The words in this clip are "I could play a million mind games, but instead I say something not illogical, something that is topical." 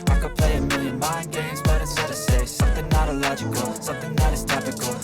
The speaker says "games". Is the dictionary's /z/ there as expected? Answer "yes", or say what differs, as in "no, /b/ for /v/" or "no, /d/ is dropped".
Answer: yes